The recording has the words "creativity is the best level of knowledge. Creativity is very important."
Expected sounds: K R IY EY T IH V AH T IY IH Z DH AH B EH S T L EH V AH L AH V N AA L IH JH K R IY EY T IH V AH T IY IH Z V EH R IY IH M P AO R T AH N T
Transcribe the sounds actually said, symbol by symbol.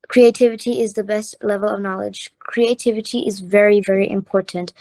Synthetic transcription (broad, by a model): K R IY EY T IH V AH T IY IH Z DH AH B EH S T L EH V AH L AH V N AA L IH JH K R IY EY T IH V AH T IY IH Z V EH R IY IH M P AO R T N T